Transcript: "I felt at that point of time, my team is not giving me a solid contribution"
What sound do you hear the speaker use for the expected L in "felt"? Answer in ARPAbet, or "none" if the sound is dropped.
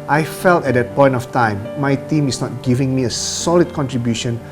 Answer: L